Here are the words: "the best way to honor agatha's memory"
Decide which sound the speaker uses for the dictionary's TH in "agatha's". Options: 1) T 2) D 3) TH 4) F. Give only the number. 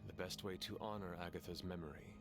3